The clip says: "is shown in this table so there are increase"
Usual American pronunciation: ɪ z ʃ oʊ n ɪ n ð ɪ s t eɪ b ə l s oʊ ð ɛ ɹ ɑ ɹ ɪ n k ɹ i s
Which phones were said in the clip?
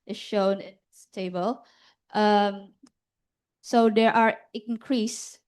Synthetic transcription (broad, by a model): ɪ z ʃ oʊ n ɪ n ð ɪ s t eɪ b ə l s oʊ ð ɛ ɹ ɑ ɹ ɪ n k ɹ i s